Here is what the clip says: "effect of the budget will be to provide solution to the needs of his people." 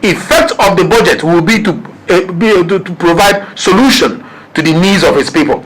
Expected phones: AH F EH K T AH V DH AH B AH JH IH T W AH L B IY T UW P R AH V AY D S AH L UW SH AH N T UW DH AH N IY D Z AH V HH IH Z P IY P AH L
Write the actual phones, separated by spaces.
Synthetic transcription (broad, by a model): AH F EH K T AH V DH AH B AH JH IH T W AH L B IY T UW P R AH V AY D S AH L UW SH AH N T UW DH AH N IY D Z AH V HH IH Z P IY P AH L